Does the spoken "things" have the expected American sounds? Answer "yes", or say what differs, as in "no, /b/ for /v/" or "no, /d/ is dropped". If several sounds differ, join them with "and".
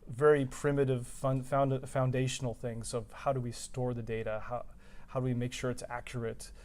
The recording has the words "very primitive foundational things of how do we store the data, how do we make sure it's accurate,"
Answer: yes